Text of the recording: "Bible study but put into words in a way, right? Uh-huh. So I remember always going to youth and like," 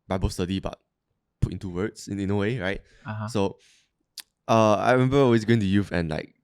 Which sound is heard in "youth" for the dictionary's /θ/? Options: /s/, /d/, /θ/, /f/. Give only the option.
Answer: /f/